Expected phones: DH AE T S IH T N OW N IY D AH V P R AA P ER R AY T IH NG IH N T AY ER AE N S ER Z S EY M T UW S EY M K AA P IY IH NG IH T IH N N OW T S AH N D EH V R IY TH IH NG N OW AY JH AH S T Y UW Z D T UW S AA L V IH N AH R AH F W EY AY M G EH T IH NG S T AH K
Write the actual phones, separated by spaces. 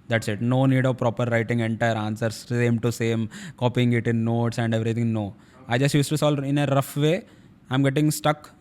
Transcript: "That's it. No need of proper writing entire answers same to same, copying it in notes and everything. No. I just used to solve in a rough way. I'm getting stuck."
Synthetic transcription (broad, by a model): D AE T S IH T N OW N IY D AH V P R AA P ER R AY T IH NG IH N T AY ER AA N S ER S S EY M T UW S EY M K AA P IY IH NG IH T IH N N OW T S AH N D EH V R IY T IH NG N OW AY JH AH S T Y UW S T UW S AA L IH N AH R AH F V EY AY M G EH T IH NG S T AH K